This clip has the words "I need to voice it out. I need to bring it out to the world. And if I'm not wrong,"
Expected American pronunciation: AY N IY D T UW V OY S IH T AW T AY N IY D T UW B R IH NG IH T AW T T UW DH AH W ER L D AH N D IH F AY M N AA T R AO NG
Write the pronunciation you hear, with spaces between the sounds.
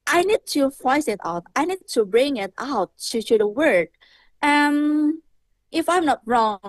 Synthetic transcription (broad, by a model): AY N IY D T UW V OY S IH T AW T AY N IY D T UW B R IH NG IH T AW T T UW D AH W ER D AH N IH F AY M N AA T R AO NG